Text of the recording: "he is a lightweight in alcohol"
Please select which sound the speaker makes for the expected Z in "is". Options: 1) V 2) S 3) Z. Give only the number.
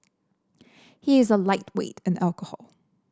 3